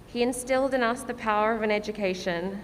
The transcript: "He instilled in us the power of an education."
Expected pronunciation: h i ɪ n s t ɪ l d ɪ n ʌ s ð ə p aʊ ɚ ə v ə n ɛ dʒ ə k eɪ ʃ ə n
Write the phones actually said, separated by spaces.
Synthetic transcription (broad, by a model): h i ɪ n s t ɪ l d ɪ n ʌ s ð ə p aʊ ɚ ə v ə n ɛ dʒ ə k eɪ ʃ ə n